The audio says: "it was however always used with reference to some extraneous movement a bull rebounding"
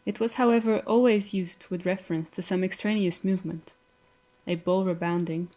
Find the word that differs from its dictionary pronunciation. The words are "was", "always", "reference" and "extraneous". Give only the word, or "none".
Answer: none